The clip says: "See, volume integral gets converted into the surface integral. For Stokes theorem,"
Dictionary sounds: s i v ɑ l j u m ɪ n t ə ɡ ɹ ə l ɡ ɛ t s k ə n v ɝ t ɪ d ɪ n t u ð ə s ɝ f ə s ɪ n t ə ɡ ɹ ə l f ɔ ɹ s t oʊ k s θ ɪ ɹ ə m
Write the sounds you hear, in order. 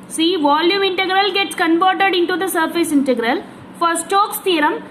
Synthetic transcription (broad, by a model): s i v ɑ l j u m ɪ n t ə ɡ ɹ ə l ɡ ɛ t s k ə n b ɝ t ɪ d ɪ n t u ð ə s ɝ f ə s ɪ n t ə ɡ ɹ ə l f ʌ ɹ s t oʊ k s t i ɹ ə m